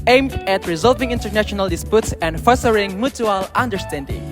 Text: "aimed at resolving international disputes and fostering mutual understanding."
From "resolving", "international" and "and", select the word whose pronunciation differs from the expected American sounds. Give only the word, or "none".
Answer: none